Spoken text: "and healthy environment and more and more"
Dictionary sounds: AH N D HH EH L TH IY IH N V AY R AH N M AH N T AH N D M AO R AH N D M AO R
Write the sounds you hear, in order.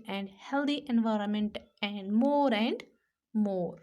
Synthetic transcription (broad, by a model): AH N D HH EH L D IY IH N V AY R AH N M AH N T AH N D M AO R AH N D M AO R